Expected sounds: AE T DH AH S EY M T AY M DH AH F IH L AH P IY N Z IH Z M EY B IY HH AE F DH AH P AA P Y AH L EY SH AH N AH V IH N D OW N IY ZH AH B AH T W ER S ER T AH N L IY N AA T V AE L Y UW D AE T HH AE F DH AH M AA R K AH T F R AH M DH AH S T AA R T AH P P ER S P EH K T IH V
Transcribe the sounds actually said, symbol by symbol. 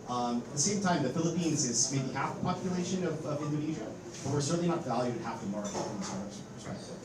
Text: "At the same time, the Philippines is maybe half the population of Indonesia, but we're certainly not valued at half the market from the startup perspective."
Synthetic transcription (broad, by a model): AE T DH AH S EY M T AY M DH AH F IH L AH P IY N Z IH Z M EY B IY HH AE F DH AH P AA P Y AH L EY SH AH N AH V IH N D OW N IY ZH AH B AH T W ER S ER T N L IY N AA T V AE L Y UW D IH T HH AE F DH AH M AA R AH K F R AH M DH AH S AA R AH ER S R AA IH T